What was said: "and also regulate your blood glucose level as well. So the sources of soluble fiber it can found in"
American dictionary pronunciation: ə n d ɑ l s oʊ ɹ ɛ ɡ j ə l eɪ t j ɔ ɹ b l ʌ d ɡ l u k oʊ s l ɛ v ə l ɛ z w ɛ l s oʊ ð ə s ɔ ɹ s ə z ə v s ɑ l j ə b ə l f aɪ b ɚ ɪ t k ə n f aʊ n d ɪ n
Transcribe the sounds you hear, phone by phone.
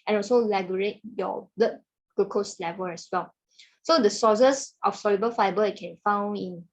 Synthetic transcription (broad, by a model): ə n ɑ l s oʊ l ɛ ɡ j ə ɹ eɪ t j ɔ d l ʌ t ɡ u k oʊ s l ɛ v ə l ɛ s w ɛ l s oʊ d ə s ɔ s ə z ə f s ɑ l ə b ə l f aɪ b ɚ ɪ t k ə n f aʊ n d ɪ n